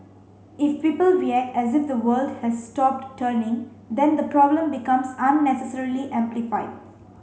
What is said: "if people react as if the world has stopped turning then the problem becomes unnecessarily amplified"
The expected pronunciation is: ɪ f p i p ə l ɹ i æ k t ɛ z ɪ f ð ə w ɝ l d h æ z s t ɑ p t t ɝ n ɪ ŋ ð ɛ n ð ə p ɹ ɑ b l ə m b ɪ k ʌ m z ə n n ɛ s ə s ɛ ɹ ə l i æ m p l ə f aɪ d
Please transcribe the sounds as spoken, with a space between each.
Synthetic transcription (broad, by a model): ɪ f p i p ə l w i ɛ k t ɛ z ɪ f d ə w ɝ l d h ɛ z s t ɑ p t t ɝ n ɪ ŋ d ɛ n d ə p ɹ ɑ b l ə m b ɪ k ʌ m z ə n n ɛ s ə s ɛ ɹ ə l i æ m p l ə f aɪ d